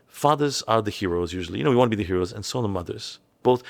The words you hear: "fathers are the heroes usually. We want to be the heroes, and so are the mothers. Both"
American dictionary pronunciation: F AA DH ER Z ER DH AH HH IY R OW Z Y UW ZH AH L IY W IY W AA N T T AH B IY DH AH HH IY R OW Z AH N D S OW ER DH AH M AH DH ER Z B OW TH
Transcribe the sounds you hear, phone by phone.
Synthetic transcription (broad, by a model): F AA DH ER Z ER DH AH HH IY R OW Z Y UW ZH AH N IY W IY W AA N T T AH B IY DH AH HH IY R OW Z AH N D S OW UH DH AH M AH DH ER Z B OW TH